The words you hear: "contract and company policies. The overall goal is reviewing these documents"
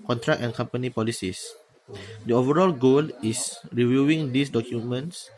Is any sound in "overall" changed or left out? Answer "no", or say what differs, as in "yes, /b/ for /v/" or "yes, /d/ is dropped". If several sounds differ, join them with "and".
no